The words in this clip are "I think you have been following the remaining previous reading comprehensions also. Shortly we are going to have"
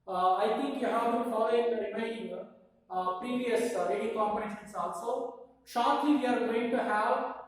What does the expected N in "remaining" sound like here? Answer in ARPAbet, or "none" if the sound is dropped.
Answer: none